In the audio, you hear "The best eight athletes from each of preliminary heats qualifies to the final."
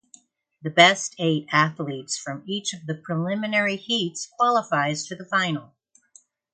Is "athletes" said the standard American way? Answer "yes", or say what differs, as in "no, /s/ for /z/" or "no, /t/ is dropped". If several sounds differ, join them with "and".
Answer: yes